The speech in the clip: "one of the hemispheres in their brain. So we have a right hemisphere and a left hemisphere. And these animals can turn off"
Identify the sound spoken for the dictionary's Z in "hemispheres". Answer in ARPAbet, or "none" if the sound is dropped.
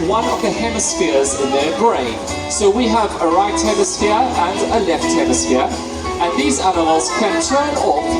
Z